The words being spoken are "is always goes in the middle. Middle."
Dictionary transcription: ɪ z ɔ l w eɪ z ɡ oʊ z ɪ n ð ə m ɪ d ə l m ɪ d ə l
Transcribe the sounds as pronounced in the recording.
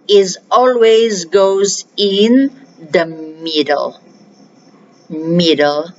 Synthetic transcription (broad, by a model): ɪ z ɔ l w eɪ z ɡ oʊ z ɪ n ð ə m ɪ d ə l m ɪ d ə l